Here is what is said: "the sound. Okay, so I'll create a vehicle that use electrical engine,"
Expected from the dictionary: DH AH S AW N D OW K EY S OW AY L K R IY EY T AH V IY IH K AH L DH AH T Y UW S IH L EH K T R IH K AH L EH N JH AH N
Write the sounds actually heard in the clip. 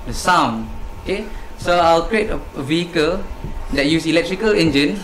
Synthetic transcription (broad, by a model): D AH S AW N OW K EY S OW AY L K R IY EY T AH V IY IH K AH L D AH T Y UW S IH L EH K T R IH K AH L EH N JH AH N